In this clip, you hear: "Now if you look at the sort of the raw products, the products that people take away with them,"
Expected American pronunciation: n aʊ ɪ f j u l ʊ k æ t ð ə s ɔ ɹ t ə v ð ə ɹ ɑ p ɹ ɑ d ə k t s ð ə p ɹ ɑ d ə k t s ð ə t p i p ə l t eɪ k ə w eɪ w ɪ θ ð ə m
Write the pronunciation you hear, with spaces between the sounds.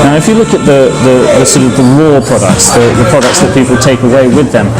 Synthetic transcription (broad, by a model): n aʊ ɪ f j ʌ l ʊ k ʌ t ð ə s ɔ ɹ t ə v ð ə w ɑ p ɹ ɑ d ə k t s ð ə p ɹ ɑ d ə k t s ð ə t p i p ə l t eɪ k ə w eɪ w ɪ ð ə m